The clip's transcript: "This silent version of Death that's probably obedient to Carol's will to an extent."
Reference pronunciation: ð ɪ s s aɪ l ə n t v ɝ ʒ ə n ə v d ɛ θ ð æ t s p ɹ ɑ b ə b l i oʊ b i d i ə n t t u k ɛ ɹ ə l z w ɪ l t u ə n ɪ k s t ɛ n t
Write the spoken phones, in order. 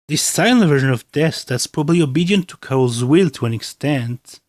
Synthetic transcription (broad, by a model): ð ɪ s s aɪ n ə v ɝ ʒ ə n ə v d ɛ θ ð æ t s p ɹ ɑ b ə b l i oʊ b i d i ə n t t u k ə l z w ɪ l t u ə n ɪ k s t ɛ n t